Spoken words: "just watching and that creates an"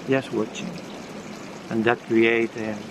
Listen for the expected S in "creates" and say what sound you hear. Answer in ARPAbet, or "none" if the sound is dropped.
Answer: none